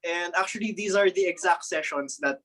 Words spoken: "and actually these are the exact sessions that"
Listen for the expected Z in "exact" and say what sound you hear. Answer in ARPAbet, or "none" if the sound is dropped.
Z